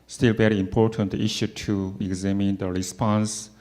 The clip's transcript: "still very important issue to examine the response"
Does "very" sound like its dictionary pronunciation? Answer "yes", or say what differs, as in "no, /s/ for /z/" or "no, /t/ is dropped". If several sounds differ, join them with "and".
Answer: yes